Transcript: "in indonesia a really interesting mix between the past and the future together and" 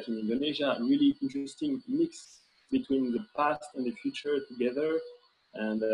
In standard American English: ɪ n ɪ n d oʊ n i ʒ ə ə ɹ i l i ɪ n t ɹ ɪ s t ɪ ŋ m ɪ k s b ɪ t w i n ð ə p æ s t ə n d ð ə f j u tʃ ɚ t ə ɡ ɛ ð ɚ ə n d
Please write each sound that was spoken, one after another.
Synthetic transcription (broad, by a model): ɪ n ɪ n d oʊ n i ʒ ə ɹ i l i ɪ n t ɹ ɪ s t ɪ ŋ m ɪ k s b ɪ t w i n ð ə p æ s t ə n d ð ə f j u tʃ ɚ t ə ɡ ɛ ð ɚ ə n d